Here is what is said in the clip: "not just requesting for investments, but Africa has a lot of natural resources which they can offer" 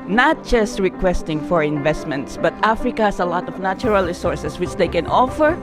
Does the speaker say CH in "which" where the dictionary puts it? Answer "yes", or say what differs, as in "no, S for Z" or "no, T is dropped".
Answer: yes